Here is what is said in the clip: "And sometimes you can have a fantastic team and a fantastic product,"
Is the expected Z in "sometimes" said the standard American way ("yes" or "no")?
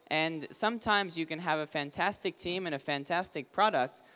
yes